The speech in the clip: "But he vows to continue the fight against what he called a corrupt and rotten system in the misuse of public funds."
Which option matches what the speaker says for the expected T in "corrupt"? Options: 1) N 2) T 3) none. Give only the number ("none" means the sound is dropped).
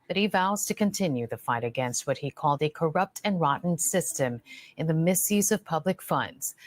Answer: 2